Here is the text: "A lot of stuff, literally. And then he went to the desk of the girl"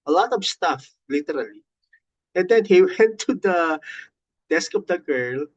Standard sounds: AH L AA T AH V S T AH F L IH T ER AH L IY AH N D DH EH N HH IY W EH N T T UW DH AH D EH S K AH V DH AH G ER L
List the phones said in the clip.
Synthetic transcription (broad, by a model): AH L AA T AH V S T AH F L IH T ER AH L IY AH N D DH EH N HH IY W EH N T T UW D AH D EH S K AH V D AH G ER L